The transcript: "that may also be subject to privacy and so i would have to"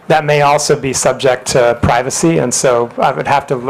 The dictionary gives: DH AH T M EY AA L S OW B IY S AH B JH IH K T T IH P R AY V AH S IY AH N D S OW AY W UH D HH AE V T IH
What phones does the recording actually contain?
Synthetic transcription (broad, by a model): DH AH T M EY AA L S OW B IY S AH B JH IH K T T IH P R AY V AH S IY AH N S OW AY W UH D HH AE F T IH